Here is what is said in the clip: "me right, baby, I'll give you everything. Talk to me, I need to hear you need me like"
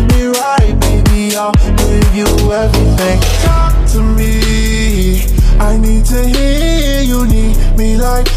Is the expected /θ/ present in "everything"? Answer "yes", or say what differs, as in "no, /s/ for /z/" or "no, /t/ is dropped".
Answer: yes